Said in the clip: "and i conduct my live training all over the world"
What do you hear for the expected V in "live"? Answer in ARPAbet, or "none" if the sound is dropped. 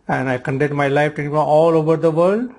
F